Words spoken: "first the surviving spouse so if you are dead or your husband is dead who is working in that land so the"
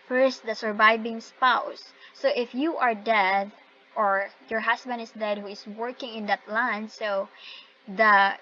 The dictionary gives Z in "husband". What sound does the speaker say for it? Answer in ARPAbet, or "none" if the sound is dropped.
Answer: S